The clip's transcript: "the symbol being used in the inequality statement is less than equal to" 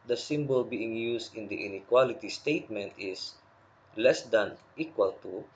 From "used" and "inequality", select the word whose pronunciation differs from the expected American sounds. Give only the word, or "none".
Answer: used